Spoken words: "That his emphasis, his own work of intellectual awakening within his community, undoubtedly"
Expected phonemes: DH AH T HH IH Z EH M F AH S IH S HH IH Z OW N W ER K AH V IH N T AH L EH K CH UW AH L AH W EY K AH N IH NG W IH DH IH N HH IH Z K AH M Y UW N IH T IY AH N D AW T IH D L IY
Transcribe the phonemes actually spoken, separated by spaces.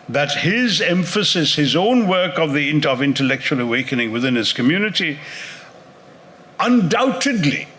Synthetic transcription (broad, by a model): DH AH T HH IH Z EH M F AH S IH S HH IH Z OW N W ER K AH V IH N T AH L EH K CH UW AH L AH W EY K AH N IH NG W IH DH IH N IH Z K AH M Y UW N IH T IY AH N D AW T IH D L IY